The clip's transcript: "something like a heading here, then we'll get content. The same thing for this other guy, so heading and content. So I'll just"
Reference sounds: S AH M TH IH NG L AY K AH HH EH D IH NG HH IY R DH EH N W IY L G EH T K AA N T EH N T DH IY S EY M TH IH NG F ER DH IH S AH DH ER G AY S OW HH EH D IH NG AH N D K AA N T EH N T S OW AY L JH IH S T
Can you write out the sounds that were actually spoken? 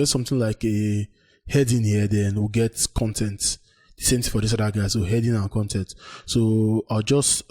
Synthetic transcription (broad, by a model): S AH M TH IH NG L AY K AH HH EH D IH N HH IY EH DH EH N W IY G EH T K AA N T EH N T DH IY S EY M T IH F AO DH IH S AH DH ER G AY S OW HH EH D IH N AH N K AA N T EH N T S OW AY L JH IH S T